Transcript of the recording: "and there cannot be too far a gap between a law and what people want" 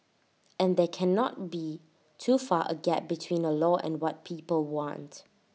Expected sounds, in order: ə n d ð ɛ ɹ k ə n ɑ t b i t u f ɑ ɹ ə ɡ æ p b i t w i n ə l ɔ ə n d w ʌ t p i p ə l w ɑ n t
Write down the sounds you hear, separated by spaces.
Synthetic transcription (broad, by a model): ə n d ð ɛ k ə n ɑ t b i t u f ɑ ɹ ə ɡ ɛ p b i t w i n ə l ɔ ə n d w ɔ t p i p ə l w ɑ n t